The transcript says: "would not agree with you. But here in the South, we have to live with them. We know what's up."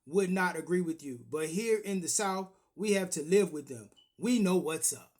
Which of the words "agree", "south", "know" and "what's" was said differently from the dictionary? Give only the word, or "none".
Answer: none